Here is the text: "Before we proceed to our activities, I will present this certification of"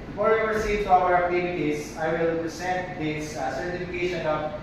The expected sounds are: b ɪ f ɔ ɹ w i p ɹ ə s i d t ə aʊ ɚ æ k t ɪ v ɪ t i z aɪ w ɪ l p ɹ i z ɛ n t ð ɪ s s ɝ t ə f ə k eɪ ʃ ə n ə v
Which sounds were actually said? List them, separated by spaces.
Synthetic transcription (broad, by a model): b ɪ f ɔ ɹ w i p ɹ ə s i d t ə aʊ ɚ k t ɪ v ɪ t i s aɪ w ɪ l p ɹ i s ɛ n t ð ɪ s s ɝ t ə f ə k eɪ ʃ ə n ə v